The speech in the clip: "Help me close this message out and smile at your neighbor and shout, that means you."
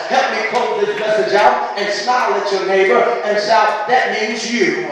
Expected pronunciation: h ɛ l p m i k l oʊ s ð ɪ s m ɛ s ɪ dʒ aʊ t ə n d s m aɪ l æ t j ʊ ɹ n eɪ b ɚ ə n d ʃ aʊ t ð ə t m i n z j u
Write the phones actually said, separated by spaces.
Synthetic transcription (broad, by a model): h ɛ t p m i k oʊ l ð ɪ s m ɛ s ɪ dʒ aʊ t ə n s m aɪ l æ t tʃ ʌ ɹ n eɪ b ɚ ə n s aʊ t ð ə t m i n z j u